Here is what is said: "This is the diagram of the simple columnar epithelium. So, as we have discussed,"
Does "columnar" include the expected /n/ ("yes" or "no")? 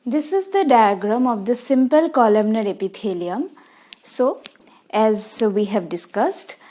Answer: yes